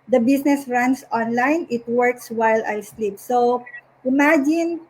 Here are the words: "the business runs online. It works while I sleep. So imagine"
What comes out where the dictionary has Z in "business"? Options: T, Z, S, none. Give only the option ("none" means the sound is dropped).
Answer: S